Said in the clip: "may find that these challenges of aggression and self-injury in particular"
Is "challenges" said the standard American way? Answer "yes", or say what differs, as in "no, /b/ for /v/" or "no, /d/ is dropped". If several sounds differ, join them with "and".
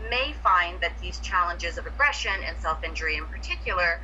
yes